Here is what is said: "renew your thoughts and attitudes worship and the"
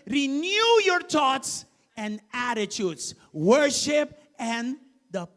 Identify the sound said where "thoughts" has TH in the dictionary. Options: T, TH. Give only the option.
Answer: T